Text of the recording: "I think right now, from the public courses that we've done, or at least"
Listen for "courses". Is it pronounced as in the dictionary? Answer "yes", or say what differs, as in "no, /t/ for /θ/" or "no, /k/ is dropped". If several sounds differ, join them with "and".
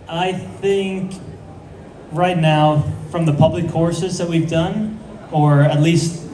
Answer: yes